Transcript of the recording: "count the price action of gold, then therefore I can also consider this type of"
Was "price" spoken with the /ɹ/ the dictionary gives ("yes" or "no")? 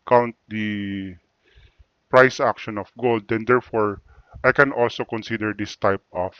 yes